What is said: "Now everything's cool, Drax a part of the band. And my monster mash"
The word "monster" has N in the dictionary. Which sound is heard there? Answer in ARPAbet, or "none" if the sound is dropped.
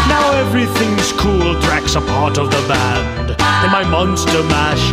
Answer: N